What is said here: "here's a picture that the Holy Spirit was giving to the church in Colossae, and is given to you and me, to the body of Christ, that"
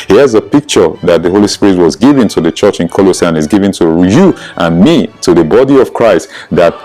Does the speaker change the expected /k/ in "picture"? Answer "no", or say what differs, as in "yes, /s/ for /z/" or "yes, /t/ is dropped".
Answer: no